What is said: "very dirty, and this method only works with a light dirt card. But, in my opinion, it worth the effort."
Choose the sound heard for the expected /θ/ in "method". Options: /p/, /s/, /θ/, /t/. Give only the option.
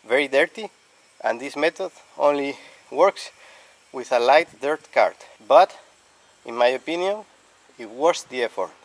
/t/